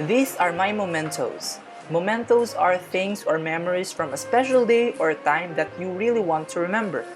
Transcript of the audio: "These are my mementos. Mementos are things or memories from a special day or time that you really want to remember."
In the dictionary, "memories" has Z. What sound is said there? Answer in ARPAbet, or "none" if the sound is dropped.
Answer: S